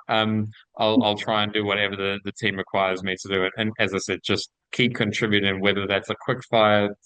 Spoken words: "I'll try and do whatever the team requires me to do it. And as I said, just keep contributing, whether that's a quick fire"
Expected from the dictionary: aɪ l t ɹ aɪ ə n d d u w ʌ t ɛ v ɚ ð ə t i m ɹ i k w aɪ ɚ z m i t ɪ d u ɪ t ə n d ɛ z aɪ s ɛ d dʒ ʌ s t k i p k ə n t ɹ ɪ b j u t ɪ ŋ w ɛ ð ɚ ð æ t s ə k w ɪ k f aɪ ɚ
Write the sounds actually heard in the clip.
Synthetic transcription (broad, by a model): aɪ l t ɹ aɪ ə n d d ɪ w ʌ t ɛ v ɚ ð ə t i m ɹ i k w aɪ ɚ z m i t ɪ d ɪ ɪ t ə n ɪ z aɪ s ɛ d dʒ ʌ s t k i p k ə n t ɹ ɪ b j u t ɪ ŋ w ɛ ð ɚ ð æ t s ə k w ɪ k f aɪ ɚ